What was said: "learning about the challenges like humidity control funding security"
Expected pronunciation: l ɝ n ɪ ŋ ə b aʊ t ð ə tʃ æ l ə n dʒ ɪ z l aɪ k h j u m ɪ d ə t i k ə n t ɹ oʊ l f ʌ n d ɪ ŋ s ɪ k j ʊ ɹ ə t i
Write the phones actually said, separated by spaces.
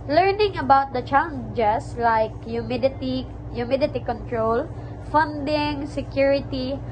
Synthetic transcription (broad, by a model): l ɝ n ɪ ŋ ə b aʊ t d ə tʃ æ l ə n dʒ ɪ s l aɪ k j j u m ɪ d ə t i k ə n t ɹ oʊ l f ʌ n d ɪ ŋ s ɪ k j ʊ ɹ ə t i